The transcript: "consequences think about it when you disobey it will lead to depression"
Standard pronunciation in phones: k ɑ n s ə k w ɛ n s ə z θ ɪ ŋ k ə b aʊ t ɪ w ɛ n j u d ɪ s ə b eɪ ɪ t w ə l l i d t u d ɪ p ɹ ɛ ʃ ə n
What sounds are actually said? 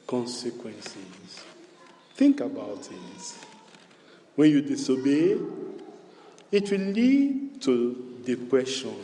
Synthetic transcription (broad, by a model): k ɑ n s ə k w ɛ n s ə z θ ɪ ŋ k ə b aʊ t ɪ w ɛ n j u d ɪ s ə b eɪ ɪ t w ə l l i d t u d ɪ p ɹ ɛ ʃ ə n